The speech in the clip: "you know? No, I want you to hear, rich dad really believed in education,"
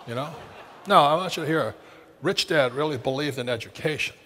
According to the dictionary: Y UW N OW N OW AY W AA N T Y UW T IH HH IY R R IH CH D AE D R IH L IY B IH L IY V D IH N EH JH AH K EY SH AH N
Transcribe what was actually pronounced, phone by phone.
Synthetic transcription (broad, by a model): Y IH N OW N OW AY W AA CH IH HH IY R R IH CH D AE D R IH L IY B IH L IY V D IH N EH JH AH K EY SH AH N